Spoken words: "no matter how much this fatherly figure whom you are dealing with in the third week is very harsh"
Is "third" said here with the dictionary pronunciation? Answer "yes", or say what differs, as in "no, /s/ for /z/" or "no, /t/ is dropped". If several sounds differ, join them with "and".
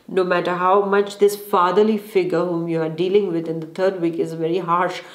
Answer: no, /t/ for /θ/